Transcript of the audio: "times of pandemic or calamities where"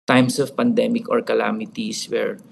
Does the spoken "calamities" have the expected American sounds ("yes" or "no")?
no